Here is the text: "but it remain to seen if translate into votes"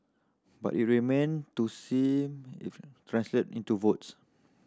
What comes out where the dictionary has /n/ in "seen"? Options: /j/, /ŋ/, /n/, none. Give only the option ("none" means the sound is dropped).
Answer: none